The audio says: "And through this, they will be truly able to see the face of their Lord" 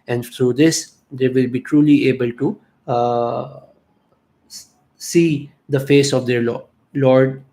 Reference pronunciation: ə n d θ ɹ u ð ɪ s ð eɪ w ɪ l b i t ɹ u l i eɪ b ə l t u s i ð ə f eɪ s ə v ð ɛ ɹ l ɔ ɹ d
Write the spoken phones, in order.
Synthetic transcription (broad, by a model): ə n d t ɹ u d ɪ s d eɪ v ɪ l b i t ɹ u l i eɪ b ə l t u s i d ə f eɪ s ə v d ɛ ɹ l ɔ ɹ d